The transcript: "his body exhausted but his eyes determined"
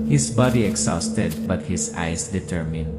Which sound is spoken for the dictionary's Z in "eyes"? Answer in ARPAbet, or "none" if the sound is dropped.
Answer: S